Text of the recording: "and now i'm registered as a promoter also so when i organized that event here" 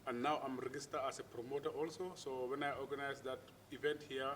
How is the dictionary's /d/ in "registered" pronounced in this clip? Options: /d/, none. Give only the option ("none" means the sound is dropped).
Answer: none